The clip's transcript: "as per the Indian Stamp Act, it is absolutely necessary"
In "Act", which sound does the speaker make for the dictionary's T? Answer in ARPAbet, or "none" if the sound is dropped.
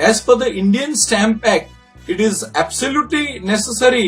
none